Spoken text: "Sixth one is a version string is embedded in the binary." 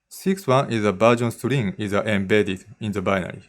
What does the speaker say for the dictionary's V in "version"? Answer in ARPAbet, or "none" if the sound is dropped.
B